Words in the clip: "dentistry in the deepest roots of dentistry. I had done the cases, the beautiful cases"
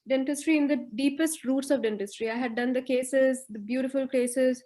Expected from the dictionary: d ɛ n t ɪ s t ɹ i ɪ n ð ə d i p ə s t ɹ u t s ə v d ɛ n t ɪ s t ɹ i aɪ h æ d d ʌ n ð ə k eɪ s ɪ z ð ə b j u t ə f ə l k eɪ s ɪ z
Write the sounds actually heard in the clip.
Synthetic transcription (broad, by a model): d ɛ n t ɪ s t ɹ i ɪ n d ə d i p ə s t ɹ u t s ə v d ɛ n t ɪ s t ɹ i aɪ h æ d d ʌ n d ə k eɪ s ɪ z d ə b j u t ə f ə l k eɪ s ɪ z